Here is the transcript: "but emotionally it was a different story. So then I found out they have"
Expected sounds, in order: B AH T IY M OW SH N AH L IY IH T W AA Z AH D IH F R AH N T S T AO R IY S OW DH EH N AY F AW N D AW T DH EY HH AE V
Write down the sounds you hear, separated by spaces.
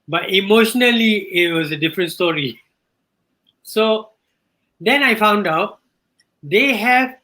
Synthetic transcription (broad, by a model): B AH T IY M OW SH N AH L IY IH T W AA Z AH D IH F R AH N T S T AO R IY S OW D EH N AY F AW N D AW T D EY HH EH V